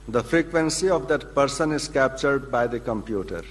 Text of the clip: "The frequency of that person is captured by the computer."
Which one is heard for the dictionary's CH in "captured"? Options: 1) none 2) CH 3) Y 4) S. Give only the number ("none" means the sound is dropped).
2